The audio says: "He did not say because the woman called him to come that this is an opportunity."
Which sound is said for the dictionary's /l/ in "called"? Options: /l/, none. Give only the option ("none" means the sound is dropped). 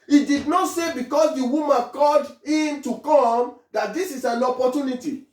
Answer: none